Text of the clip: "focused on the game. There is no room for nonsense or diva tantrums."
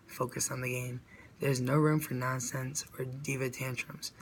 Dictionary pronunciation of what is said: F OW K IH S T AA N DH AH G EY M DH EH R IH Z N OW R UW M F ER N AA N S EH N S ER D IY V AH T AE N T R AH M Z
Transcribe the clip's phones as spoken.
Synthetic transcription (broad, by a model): F OW K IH S N DH AH G EY M DH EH R IH Z N OW R UW M F ER N AA N S EH N S ER D IY V AH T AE N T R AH M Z